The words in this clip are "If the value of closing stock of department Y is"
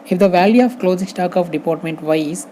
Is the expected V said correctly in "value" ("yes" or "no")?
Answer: yes